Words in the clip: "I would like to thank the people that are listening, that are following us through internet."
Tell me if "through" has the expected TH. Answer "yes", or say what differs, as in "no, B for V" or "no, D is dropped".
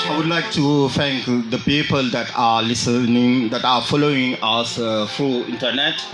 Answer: no, F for TH